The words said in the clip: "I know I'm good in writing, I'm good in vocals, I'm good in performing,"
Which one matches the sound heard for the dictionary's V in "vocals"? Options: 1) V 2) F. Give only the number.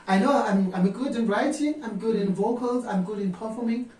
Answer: 1